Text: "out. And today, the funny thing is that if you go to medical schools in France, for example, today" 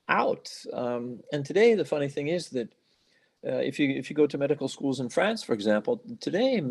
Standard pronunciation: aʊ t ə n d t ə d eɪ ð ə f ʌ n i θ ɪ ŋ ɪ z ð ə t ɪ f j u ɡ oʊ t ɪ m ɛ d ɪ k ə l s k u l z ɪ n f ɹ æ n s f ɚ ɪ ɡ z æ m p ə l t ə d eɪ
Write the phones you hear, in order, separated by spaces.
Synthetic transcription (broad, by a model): aʊ t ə n t ə d eɪ ð ə f ʌ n i θ ɪ ŋ ɪ z ð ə t ɪ f j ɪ ɡ oʊ t ɪ m ɛ d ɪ k l s k u l z ɪ n f ɹ æ n s f ɚ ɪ ɡ z æ m p l t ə d eɪ